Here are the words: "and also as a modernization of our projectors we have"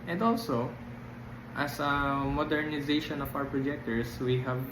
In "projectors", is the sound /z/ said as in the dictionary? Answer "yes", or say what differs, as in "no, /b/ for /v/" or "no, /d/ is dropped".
no, /s/ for /z/